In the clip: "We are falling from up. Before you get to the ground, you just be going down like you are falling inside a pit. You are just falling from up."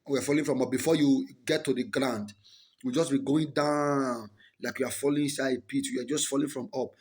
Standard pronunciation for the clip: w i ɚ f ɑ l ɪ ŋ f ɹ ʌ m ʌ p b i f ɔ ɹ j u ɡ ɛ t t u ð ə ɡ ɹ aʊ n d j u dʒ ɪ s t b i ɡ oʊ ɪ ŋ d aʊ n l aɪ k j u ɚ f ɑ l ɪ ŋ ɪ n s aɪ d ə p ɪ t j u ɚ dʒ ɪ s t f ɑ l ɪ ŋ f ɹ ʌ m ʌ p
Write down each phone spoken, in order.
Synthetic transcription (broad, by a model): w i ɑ f ɑ l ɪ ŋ f ɹ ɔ m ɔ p b i f ɔ j u ɡ ɛ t t u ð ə ɡ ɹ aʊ n d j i dʒ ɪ s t b i ɡ oʊ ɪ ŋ d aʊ n l aɪ k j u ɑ f ɑ l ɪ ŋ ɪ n s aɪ ə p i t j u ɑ dʒ ɪ s t f ɑ l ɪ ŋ f ɹ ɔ m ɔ p